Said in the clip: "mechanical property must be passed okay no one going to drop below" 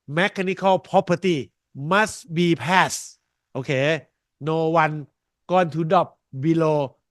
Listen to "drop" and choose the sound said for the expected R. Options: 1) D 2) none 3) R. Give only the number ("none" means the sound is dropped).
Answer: 2